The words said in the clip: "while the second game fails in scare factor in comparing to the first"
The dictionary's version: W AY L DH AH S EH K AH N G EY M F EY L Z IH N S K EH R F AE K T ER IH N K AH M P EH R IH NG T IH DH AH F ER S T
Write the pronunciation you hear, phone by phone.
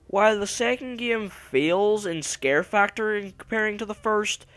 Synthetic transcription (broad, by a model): W AY L DH AH S EH K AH N G EY M F EY L Z IH N S K EH R F AE K T ER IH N K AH M P EH R IH NG T IH DH AH F ER S T